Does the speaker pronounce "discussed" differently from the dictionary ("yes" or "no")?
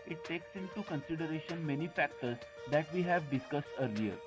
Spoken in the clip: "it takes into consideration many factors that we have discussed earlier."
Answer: no